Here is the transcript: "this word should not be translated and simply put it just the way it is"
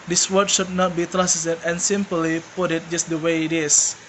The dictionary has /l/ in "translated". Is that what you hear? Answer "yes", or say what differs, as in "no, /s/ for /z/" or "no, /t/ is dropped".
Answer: no, /l/ is dropped